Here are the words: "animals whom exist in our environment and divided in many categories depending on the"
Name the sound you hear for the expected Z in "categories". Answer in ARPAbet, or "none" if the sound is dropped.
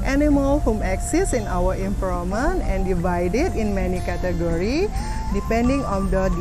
none